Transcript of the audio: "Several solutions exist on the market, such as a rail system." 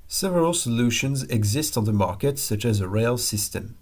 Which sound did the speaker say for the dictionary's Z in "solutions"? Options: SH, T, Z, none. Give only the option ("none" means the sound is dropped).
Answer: Z